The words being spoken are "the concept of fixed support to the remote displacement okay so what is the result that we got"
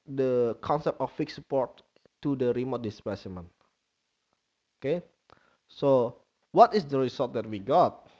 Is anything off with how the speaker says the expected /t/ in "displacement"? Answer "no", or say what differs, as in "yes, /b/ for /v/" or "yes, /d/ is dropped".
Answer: yes, /t/ is dropped